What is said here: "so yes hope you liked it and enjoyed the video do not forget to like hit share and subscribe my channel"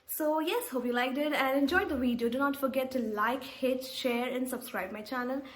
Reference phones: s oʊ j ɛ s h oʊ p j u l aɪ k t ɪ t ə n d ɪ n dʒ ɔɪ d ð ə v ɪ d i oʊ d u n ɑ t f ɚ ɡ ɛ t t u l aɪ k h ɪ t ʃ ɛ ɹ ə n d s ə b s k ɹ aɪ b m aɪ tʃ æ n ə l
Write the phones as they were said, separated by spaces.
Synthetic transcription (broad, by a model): s oʊ j ɛ s h oʊ p j u l aɪ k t ɪ t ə n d ɪ n dʒ ɔɪ d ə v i d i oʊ d u n ɑ t f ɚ ɡ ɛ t t u l aɪ k h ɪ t ʃ ɛ ɹ ə n d s ə b s k ɹ aɪ b m aɪ tʃ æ n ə l